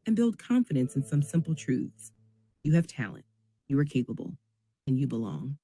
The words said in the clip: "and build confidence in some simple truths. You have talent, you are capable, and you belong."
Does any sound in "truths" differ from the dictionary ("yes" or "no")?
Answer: no